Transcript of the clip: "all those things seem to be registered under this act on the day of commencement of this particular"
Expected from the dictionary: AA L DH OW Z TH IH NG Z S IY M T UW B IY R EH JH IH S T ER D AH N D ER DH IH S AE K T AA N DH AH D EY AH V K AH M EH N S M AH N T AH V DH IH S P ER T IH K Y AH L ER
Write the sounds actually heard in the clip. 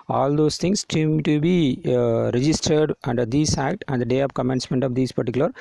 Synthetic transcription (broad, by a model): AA L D OW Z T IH NG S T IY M T UW B IY R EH JH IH S T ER D AH N D ER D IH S AE K T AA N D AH D EY AH V K AH M EH N S M AH N T AH V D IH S P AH T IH K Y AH L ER